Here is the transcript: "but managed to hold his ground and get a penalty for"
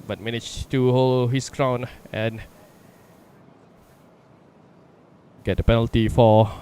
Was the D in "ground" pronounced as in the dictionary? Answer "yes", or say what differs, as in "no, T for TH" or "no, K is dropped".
no, D is dropped